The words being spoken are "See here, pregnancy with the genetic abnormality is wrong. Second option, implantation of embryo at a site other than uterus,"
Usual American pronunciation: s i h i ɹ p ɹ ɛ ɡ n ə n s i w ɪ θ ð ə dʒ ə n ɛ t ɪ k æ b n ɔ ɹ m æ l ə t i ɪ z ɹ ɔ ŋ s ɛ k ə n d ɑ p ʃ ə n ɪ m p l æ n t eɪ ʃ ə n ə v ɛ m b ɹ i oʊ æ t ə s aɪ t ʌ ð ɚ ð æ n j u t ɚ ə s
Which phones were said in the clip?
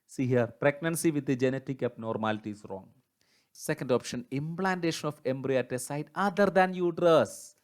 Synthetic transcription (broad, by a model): s i h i ɹ p ɹ ɛ ɡ n ə n s i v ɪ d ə dʒ ə n ɛ t ɪ k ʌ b n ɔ ɹ m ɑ l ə t i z ɹ ɔ ŋ s ɛ k ə n d ɑ p ʃ ə n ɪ m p l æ n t eɪ ʃ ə n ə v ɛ m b ɹ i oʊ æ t ə s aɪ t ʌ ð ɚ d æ n j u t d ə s